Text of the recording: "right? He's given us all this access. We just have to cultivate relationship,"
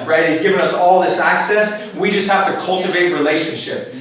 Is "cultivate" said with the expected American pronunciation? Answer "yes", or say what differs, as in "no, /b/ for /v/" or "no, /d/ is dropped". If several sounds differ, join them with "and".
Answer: yes